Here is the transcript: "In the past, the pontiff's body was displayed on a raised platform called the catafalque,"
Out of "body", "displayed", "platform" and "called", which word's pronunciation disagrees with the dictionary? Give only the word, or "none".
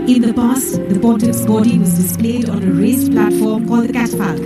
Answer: called